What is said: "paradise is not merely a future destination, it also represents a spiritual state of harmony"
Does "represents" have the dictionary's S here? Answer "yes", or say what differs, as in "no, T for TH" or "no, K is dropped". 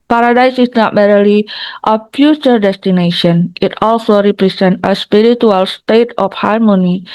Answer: no, S is dropped